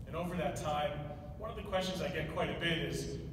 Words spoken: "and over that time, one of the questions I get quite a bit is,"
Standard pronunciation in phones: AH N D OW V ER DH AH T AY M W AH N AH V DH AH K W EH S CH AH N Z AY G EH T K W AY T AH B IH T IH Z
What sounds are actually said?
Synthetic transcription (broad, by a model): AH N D OW V ER DH AH T AY M W AH N AH V DH AH K W EH S CH AH N Z AY G EH T K W AY T AH B IH T IH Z